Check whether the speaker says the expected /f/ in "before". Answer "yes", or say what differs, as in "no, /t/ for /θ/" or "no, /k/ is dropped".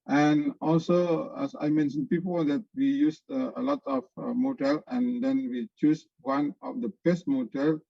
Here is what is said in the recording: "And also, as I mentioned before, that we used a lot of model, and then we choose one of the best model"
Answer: no, /p/ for /f/